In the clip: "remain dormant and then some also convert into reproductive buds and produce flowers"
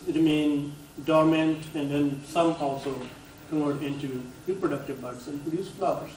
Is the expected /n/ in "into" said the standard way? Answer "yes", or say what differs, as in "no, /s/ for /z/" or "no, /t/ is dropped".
yes